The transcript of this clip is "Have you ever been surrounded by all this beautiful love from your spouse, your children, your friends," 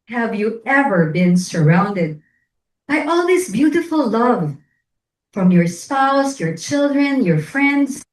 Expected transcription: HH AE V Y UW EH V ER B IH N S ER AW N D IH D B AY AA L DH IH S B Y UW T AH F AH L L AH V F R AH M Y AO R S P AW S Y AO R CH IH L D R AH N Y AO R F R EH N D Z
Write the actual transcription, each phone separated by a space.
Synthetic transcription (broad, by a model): HH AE V Y UW EH V ER B IH N S ER AW N D IH D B AY AA L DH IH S B Y UW T AH F AH L L AH V F R AH M Y AO R S P AW S Y AO R CH IH L D R AH N Y AO R F R EH N D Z